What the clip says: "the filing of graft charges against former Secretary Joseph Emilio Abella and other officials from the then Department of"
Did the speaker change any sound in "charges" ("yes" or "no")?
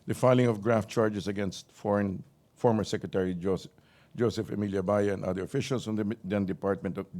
yes